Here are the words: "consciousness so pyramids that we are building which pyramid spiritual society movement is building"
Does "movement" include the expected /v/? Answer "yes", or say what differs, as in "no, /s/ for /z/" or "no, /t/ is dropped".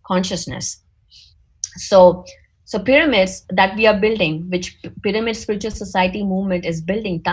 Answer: yes